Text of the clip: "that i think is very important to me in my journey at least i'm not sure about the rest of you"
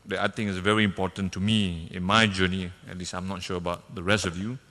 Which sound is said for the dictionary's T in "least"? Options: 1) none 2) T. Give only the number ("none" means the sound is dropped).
1